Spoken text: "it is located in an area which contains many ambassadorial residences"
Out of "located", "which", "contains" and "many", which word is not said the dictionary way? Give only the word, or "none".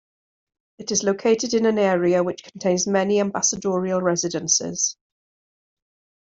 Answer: none